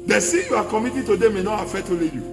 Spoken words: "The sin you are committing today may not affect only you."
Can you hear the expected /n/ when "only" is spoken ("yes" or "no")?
no